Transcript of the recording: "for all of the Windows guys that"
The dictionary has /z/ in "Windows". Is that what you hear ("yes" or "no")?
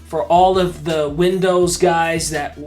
yes